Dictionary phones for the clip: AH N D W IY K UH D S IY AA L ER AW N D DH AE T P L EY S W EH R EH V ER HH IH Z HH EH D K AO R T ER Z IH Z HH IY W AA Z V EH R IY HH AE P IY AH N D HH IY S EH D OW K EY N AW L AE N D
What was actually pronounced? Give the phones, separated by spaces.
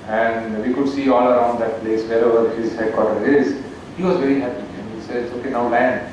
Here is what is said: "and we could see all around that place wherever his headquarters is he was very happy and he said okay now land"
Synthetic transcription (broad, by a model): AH N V IY K UH D S IY AA L ER AW N D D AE T P L EY S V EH R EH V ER HH IH Z HH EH D K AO T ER IH Z HH IY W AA Z V EH R IY HH AE P IY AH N HH IY S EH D OW K EY N AW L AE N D